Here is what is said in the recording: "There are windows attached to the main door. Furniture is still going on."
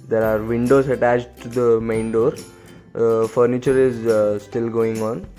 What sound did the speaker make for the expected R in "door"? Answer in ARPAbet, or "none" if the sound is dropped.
R